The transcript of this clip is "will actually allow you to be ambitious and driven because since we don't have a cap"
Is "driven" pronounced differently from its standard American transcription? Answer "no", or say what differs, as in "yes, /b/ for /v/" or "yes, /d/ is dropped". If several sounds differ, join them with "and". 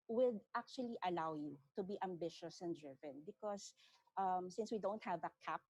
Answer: no